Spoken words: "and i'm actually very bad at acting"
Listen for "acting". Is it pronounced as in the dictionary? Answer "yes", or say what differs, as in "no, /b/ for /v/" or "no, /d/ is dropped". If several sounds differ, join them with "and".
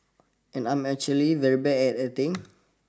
no, /k/ is dropped